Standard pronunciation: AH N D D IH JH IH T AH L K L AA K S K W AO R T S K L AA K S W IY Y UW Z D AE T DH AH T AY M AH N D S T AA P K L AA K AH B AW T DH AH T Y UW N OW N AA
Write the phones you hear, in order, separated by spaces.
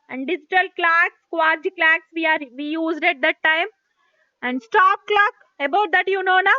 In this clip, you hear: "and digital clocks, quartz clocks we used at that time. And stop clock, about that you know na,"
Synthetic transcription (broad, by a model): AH N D D IH JH IH T AH L K L AA K S K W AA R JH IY K L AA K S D IY Y UW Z D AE T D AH T AY M AH N D S T AA P K L AA K AH B AW T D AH T Y UW N OW N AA